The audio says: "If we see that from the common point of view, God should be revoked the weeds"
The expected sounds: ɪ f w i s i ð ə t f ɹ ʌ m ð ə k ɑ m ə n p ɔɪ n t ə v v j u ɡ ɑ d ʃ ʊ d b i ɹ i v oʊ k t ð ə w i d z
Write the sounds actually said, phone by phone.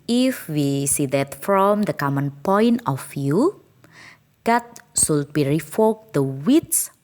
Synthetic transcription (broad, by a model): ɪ f w i s i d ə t f ɹ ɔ m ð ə k ɑ m ə n p ɔɪ n t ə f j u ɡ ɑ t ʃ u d b i ɹ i f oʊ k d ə w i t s